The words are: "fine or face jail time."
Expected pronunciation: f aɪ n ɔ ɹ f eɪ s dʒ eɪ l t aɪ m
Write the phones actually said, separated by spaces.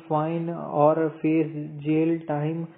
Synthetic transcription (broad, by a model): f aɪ n ɔ ɹ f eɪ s dʒ eɪ l t aɪ m